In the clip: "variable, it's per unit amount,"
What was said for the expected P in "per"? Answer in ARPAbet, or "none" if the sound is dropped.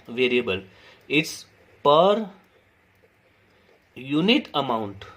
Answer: P